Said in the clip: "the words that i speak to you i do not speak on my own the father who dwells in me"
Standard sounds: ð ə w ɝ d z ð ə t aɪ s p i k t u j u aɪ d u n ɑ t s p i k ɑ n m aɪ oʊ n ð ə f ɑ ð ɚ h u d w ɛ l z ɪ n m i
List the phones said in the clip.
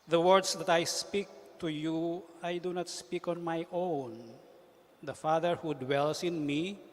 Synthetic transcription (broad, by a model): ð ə w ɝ d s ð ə t aɪ s p i k t u j u aɪ d u n ɑ t s p i k ɑ n m aɪ oʊ n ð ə f ɑ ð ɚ h u d w ɛ l s ɪ n m i